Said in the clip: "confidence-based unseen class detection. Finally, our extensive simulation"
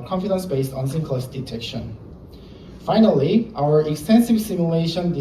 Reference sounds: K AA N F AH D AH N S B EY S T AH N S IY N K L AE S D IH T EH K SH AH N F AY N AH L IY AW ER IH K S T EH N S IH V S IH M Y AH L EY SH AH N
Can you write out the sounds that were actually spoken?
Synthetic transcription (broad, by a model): K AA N F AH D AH N S B EY S T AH N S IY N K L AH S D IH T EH K SH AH N F AY N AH L IY AW ER IH K S T EH N S IH V S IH M Y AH L EY SH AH N